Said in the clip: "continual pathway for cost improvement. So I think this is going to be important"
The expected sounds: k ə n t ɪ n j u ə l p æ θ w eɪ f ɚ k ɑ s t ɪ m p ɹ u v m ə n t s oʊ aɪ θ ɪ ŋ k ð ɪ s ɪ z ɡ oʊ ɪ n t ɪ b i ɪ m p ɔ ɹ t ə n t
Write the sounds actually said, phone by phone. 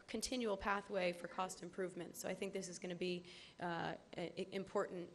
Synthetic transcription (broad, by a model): k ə n t ɪ n j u l p æ θ w eɪ f ɚ k ɑ s t ɪ m p ɹ u v m ə n t s oʊ aɪ θ ɪ ŋ k ð ɪ s ɪ z ɡ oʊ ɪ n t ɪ b i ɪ m p ɔ ɹ t n t